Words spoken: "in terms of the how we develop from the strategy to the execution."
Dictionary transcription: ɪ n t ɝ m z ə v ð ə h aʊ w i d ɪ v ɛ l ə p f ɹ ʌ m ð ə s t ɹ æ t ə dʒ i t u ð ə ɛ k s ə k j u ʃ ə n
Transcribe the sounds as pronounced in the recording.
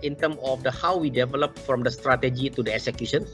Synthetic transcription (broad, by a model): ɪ n t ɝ m ə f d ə h aʊ w i d ɪ v ɛ l ə p f ɹ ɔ m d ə s t ɹ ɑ t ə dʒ i t u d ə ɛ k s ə k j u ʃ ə n